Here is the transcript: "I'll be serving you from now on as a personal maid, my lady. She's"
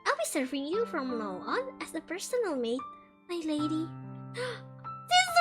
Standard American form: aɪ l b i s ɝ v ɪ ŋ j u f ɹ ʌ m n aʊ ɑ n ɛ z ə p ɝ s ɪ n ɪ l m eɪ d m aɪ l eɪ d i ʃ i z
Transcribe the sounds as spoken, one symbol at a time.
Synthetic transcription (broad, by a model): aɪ l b i s ɝ v ɪ ŋ j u f ɹ ʌ m l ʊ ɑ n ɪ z ə p ɝ s ɪ n ɪ l m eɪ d m aɪ l eɪ d i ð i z